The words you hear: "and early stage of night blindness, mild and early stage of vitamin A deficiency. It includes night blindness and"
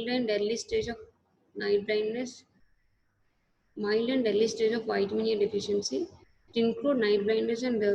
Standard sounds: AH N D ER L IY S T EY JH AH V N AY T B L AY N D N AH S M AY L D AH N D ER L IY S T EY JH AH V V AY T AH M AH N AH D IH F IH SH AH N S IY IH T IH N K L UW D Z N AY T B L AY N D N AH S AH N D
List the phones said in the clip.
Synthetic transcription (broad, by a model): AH N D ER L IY S T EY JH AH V N AY T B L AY N D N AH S M AY L D AH N D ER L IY S T EY JH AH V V AY T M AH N AH D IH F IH SH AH N S IY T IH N K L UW D N AY T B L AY N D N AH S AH N D